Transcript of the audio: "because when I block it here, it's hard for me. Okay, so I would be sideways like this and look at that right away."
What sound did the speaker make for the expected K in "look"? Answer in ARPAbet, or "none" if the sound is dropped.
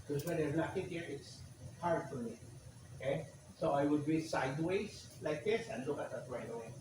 K